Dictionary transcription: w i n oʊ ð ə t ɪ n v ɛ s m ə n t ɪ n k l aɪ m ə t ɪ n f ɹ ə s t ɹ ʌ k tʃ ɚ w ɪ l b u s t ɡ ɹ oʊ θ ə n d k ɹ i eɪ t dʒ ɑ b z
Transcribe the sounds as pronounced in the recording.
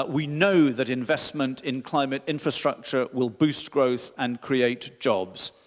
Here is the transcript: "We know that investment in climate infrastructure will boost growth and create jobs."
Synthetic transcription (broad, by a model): w i n oʊ ð ə t ɪ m v ɛ s m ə n t ɪ n k l aɪ m ə t ɪ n f ɹ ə s t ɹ ʌ k tʃ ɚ w ɪ l b u s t ɡ ɹ oʊ θ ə n k ɹ i eɪ t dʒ ɑ b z